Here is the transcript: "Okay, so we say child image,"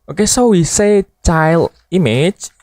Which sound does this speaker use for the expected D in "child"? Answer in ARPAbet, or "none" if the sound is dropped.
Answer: none